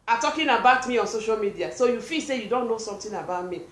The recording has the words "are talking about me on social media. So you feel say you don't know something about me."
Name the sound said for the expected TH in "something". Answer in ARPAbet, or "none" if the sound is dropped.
T